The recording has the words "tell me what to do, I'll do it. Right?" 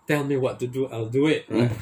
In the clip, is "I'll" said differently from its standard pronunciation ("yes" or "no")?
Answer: no